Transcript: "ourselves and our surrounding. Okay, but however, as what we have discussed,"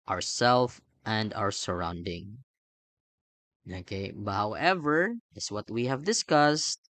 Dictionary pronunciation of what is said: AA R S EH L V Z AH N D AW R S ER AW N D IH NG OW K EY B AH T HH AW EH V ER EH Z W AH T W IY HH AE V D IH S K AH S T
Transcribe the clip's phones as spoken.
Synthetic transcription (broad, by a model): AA R S EH L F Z AH N D AW R S ER AW N D IH NG OW K EY B AH T HH AW EH V ER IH S W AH T W IY HH AE V D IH S K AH S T